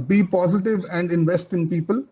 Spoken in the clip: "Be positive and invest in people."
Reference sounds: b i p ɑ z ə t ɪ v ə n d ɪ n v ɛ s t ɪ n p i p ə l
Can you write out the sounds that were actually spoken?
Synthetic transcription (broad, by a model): b i p ɑ z ə t ɪ v ə n d ɪ n v ɛ s t ɪ n p i p ə l